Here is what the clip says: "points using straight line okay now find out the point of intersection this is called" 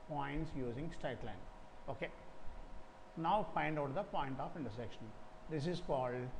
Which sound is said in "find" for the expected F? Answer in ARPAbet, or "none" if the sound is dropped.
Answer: P